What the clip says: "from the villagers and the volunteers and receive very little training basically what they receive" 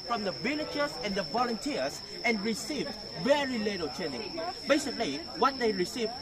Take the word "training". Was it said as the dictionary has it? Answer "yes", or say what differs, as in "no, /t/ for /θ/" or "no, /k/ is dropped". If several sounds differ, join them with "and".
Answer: no, /ɹ/ is dropped